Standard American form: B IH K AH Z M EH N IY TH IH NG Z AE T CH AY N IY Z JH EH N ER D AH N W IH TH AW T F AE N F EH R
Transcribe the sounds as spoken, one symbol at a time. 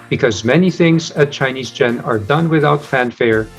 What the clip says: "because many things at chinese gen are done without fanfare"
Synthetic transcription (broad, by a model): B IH K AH Z M EH N IY TH IH NG Z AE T CH AY N IY Z JH EH N ER D AH N W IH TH AW T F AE N F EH R